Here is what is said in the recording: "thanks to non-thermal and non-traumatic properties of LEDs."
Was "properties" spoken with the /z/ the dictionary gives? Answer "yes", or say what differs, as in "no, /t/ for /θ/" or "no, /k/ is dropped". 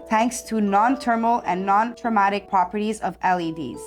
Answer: yes